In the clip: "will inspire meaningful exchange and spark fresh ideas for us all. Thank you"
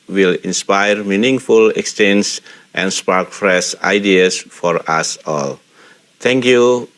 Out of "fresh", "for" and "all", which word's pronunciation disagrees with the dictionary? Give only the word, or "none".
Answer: fresh